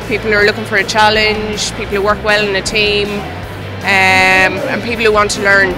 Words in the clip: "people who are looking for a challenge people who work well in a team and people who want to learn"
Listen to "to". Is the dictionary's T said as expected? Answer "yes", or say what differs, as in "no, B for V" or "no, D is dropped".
yes